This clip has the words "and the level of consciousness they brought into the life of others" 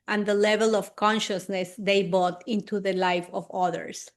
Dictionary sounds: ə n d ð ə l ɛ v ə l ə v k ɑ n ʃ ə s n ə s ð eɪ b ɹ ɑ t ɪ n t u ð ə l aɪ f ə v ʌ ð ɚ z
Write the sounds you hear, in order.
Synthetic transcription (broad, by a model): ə n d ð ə l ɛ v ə l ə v k ɑ n ʃ ə s n ə s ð eɪ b ɑ t ɪ n t u ð ə l aɪ f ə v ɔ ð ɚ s